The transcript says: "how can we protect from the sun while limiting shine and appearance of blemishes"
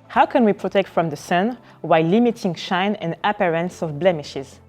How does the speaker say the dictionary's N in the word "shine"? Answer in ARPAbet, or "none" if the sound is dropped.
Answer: N